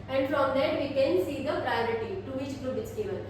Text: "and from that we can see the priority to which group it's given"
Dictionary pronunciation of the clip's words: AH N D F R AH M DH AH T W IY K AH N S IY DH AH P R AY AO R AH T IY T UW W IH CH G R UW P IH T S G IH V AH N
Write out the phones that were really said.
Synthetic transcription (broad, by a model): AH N D F R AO M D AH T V IY K AH N S IY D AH P R AY AO R AH T IY T UW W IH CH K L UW B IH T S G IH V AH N